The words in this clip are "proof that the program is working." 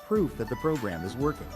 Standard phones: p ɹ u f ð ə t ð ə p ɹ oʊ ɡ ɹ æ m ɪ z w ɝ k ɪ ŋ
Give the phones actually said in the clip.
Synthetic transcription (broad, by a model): p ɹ u f ð ə t ð ə p ɹ oʊ ɡ ɹ æ m ɪ z w ɝ k ɪ ŋ